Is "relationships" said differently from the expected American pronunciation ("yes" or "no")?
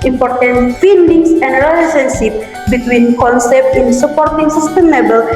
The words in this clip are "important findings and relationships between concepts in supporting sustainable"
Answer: yes